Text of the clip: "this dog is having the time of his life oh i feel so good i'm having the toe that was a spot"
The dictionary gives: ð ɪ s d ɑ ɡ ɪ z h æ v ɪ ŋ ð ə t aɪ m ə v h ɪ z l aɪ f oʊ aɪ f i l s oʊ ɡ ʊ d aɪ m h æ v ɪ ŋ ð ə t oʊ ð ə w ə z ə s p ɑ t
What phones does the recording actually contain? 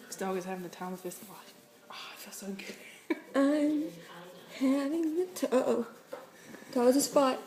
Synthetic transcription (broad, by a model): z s d ɑ ɡ ɪ z h æ v ɪ ŋ ð ə t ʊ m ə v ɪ s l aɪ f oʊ aɪ f i l s oʊ ɡ ʊ d aɪ m h æ v ɪ ŋ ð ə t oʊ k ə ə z ə s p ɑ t